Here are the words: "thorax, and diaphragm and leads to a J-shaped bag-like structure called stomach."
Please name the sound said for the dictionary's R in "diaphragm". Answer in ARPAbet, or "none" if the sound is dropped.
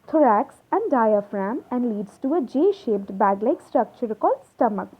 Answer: R